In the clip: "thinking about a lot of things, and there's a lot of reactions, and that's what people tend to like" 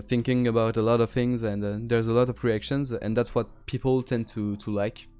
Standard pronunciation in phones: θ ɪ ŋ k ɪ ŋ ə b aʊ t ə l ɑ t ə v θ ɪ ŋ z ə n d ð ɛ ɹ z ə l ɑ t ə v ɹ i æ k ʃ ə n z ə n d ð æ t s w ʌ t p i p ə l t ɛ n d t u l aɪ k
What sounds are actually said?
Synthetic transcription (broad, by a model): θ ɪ ŋ k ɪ ŋ ə b aʊ t ə l ɑ t ə v θ ɪ ŋ z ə n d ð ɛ ɹ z ə l ɑ t ə v ɹ i æ k ʃ ə n z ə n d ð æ t s w ʌ t p i p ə l t ɛ n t t u l aɪ k